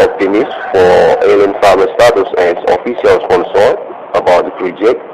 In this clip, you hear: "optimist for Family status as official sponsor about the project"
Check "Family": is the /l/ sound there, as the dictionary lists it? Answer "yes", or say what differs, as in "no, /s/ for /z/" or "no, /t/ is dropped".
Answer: no, /l/ is dropped